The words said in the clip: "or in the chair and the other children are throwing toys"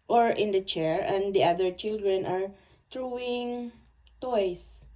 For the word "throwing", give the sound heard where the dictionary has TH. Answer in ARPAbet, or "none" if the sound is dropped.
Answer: T